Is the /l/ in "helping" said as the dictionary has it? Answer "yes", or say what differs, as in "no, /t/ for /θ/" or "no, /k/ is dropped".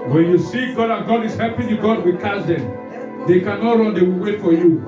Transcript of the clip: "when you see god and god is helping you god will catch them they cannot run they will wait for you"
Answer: no, /l/ is dropped